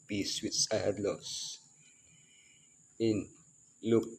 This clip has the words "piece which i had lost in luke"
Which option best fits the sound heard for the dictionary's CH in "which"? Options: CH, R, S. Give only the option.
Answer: S